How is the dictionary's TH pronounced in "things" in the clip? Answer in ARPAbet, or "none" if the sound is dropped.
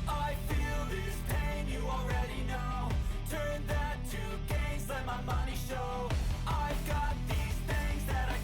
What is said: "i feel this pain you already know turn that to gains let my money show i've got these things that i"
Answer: TH